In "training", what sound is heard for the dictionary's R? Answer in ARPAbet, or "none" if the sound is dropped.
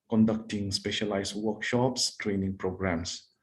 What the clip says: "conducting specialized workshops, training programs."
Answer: R